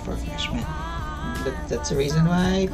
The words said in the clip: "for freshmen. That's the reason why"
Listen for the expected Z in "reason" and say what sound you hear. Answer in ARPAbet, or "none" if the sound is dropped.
Z